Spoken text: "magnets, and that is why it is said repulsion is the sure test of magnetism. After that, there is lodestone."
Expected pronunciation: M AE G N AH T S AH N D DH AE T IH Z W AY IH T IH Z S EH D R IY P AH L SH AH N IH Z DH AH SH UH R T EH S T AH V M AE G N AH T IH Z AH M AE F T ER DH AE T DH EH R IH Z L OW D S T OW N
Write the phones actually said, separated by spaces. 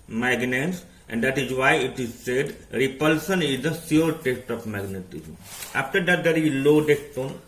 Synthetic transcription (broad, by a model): M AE G N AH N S AH N D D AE T IH Z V AY IH T IH Z S EH D R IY P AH L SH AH N IH Z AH S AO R T EH S T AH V M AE G N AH T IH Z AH M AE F T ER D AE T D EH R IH L OW D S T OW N